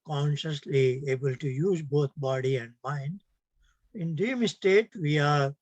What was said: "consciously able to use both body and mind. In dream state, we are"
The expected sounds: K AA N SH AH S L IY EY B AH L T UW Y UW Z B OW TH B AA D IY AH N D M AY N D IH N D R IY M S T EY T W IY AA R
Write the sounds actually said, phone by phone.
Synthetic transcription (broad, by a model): K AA N SH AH S L IY EY B AH L T UW Y UW Z B OW T B AA D IY AH N D M AY N D IH N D IY M S T EY T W IY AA R